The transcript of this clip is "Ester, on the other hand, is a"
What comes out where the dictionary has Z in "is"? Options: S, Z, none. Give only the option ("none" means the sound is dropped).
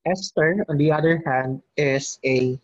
S